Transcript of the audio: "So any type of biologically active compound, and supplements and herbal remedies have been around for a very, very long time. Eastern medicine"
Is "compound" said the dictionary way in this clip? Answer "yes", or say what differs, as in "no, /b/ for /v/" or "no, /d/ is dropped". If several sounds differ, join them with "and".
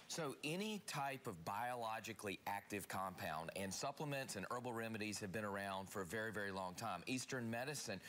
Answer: yes